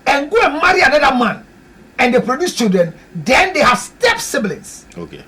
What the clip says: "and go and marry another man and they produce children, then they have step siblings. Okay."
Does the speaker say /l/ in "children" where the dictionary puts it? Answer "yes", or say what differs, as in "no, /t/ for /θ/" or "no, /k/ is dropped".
no, /l/ is dropped